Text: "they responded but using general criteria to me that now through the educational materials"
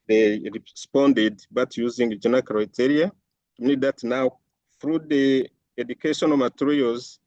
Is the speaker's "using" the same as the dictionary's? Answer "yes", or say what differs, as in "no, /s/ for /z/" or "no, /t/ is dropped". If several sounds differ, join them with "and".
yes